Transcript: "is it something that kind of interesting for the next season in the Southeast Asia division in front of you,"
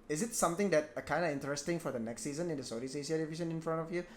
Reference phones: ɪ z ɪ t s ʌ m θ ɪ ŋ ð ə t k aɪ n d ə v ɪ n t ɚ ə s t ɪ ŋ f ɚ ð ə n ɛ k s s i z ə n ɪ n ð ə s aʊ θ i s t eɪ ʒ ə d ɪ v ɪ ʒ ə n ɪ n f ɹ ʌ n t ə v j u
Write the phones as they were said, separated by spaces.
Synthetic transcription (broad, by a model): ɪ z ɪ t s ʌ m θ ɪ ŋ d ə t k aɪ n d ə ɪ n t ɚ ə s t ɪ ŋ f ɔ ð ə n ɛ k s s i z ə n ɪ n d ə s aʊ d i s eɪ s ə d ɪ v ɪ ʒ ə n ɪ n f ɹ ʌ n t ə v j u